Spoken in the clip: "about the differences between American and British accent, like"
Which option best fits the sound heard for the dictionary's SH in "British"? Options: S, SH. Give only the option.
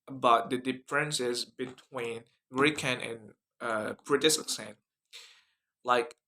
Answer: S